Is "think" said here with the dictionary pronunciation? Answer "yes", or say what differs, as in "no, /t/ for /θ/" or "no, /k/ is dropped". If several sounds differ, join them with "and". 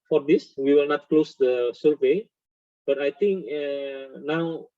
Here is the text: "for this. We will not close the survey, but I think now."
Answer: no, /t/ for /θ/